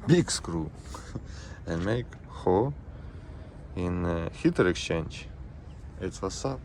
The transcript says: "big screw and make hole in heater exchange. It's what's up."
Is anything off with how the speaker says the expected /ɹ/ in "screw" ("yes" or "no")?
no